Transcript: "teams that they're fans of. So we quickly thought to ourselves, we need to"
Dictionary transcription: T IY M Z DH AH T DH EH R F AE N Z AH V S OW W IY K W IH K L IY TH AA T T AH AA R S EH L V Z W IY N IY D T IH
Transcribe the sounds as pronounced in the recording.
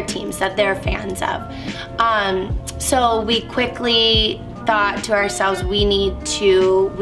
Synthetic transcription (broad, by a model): T IY M Z DH AH T DH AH R F AE N Z AH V S OW W IY K W IH K L IY TH AA T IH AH AA R S EH L V Z W IY N IY D T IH